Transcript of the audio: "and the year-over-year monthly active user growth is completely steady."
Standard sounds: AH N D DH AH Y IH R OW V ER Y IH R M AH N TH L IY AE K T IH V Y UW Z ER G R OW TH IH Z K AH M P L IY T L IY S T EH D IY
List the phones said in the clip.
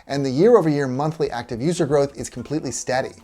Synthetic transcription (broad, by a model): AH N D DH AH Y IH R OW V ER Y IH R M AH N TH L IY AE K T IH V Y UW Z ER G R OW TH IH Z K M P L IY T L IY S T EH D IY